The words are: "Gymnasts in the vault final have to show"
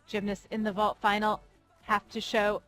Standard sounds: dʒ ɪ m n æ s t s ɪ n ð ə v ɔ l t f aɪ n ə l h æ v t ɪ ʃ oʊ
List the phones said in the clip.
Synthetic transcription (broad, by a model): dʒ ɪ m n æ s s ɪ n ð ə v ɔ l t f aɪ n l h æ f t ɪ ʃ oʊ